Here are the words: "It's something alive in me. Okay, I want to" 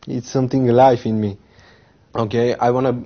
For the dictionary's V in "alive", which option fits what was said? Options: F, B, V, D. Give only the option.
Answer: F